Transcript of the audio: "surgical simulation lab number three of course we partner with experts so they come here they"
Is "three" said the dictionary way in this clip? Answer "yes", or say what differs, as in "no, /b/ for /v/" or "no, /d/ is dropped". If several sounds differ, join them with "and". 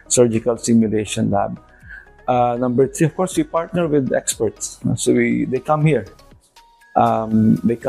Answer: no, /t/ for /θ/